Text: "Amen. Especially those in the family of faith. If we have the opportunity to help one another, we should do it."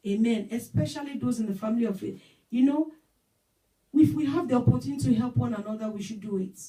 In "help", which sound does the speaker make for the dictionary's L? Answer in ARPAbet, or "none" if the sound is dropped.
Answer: L